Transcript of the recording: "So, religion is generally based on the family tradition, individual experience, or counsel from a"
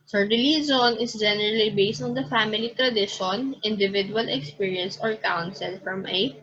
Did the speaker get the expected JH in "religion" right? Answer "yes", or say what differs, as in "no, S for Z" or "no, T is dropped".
no, Z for JH